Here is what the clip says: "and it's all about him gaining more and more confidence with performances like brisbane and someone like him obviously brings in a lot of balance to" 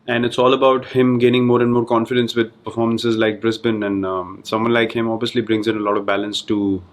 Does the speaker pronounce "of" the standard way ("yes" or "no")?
yes